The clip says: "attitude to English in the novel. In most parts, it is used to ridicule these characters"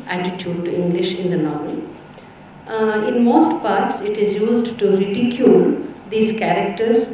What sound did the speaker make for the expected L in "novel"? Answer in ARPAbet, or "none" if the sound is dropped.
N